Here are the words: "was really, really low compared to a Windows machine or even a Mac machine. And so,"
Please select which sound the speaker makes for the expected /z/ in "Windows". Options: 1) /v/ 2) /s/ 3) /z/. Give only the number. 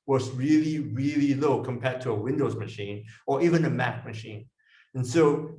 3